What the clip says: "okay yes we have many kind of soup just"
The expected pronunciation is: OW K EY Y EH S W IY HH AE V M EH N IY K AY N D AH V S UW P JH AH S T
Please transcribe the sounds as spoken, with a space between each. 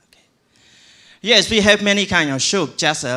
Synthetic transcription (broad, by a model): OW K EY Y EH S W IY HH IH V M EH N IY K AY N D AH V SH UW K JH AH S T